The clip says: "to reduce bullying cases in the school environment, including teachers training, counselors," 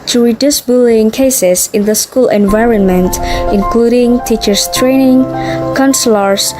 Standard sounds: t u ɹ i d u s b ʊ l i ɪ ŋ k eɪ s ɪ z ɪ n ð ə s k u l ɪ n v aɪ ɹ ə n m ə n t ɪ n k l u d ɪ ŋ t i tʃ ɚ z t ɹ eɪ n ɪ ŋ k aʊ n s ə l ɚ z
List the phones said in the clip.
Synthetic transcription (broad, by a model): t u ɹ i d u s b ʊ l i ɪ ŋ k eɪ s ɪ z ɪ n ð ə s k u l ɪ n v aɪ ɹ ə n m ə n t ɪ n k l u d ɪ ŋ t i tʃ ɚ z t ɹ eɪ n ɪ ŋ k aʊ n s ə l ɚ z